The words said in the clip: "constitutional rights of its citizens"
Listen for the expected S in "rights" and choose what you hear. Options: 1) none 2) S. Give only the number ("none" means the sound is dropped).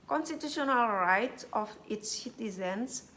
1